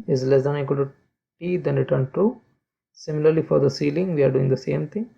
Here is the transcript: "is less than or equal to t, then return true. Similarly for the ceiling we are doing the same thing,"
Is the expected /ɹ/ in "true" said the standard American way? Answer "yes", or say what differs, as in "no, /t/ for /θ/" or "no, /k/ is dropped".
no, /ɹ/ is dropped